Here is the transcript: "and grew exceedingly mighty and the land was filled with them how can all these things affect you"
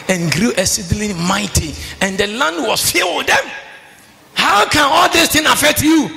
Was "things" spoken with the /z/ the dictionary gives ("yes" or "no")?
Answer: no